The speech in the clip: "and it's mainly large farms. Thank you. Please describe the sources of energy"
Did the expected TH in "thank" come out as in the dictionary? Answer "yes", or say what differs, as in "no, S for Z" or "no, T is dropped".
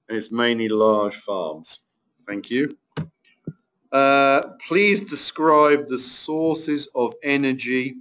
yes